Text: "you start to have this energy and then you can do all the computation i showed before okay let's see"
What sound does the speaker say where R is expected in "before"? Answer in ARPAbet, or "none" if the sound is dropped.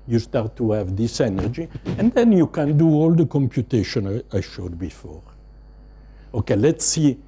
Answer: R